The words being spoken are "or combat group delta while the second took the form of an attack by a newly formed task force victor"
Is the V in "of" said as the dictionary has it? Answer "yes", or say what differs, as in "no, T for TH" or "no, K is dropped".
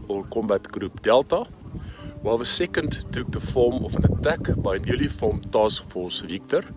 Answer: no, F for V